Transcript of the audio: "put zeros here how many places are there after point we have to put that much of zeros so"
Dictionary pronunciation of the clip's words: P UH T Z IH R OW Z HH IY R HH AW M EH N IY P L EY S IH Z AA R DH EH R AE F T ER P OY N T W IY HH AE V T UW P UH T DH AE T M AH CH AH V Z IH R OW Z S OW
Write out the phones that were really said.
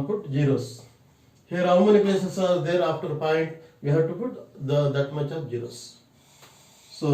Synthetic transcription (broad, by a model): P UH T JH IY R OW S HH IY R HH AW M EH N IY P L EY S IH S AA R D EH R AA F T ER P OY N T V IY HH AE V T UW P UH T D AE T M AH CH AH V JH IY R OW S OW